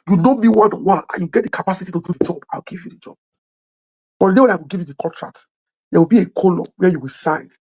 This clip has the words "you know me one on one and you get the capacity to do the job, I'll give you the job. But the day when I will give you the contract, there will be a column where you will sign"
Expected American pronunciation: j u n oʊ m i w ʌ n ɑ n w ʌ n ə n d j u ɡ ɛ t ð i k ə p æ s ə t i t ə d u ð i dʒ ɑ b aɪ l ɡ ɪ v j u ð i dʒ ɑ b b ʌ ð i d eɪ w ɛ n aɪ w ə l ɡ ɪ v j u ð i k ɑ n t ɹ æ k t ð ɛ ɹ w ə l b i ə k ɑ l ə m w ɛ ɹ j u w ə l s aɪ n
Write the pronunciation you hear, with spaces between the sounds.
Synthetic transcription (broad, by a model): j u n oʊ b i w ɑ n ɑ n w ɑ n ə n j u ɡ ɛ t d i k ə p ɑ s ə t i t ə d u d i dʒ ɑ b aɪ w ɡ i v j u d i dʒ ɑ b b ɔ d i d eɪ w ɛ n aɪ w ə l ɡ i v j u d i k ɑ n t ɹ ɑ k t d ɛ w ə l b i ə k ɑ l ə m w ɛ j u w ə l s aɪ n